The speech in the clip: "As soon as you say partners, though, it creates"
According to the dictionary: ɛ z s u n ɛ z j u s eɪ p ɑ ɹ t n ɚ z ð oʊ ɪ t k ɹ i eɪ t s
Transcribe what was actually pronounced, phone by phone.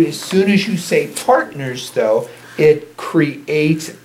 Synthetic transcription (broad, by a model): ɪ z s u n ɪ z j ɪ s eɪ p ɑ ɹ t n ɚ z ð oʊ ɪ t k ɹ i eɪ t s